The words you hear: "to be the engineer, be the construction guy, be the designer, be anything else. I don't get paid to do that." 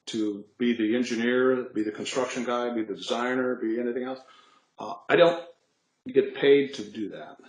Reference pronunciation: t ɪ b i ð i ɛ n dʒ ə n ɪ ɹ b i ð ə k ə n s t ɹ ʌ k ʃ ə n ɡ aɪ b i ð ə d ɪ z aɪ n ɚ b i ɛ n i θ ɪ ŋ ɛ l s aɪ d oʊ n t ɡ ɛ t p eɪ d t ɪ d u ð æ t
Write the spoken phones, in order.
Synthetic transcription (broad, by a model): t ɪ b i ð i ɛ n dʒ ə n ɪ ɹ b i ð ə k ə n s t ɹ ʌ k ʃ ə n ɡ aɪ b i ð ə d ɪ z aɪ n ɚ b i ɛ n i θ ɪ ŋ ɛ l s aɪ d oʊ n t ɡ ɛ t p eɪ d t ɪ d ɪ ð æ t